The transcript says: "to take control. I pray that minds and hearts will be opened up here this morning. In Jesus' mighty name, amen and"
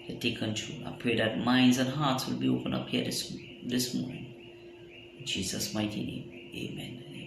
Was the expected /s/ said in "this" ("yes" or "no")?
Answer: yes